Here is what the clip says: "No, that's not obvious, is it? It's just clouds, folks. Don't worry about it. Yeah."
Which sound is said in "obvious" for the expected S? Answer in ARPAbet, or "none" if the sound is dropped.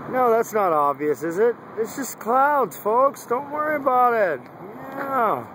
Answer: S